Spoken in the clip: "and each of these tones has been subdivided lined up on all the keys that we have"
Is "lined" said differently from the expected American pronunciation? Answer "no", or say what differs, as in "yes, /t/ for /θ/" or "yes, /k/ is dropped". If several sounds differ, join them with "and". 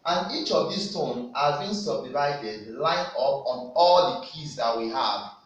yes, /d/ is dropped